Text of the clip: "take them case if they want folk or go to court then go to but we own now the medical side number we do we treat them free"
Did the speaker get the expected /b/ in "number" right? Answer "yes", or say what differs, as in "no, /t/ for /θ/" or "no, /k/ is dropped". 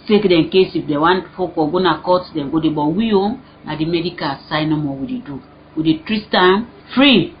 no, /b/ is dropped